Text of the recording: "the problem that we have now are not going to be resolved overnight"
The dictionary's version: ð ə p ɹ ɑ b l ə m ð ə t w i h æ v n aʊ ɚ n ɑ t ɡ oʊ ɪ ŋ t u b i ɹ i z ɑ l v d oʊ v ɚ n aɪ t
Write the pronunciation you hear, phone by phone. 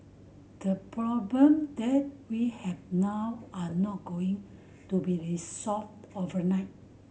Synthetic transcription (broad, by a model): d ə p ɹ ɑ b l ə m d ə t w i h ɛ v n aʊ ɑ n ɑ t ɡ oʊ ɪ ŋ t u b i ɹ i s ɑ l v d oʊ v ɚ n aɪ t